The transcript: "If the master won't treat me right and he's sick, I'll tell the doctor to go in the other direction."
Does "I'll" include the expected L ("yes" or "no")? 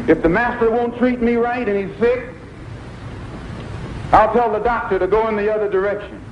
yes